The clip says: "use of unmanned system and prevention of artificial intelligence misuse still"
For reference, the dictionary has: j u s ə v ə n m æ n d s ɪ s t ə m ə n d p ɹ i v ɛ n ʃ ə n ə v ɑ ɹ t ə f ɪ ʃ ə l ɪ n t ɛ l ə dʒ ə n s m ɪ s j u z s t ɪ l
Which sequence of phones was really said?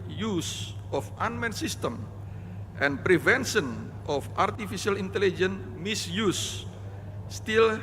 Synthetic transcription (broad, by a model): j u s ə f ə n m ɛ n s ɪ s t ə m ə n p ɹ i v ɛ n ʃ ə n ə f ɑ ɹ t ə f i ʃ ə l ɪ n t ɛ l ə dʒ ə n m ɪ s j u s t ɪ l